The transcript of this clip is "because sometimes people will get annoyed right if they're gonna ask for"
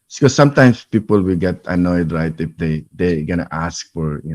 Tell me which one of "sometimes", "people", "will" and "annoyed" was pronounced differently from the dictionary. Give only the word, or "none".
sometimes